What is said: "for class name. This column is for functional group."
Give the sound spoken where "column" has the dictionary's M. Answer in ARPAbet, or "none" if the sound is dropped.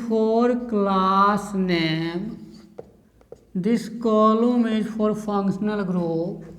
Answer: M